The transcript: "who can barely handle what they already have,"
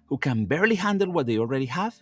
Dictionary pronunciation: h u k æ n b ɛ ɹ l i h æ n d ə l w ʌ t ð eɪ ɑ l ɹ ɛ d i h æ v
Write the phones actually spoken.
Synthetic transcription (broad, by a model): h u k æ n b ɛ ɹ l i h æ n d ə l w ʌ t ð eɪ ɑ l ɹ ɛ d i h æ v